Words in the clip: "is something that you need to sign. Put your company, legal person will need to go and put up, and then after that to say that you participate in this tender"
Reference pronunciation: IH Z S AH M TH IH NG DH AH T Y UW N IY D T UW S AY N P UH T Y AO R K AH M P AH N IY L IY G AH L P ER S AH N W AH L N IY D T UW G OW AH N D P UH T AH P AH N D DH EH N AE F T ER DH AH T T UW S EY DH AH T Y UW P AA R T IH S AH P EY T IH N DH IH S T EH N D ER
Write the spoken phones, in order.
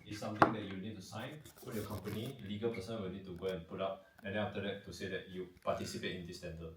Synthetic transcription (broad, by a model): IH S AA M T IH NG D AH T Y UW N IY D T UW S AY N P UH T Y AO K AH M P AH N IY L IY G AH L P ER S AH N W AH L N IY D T UW G OW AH N P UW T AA P AH N D EH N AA F T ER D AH T T UW S EY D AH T Y UW P AA T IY S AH P EY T IH N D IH S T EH N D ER